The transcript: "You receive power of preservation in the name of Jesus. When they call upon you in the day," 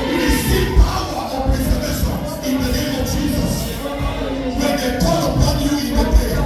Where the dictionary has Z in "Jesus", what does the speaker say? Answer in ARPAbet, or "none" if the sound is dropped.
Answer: Z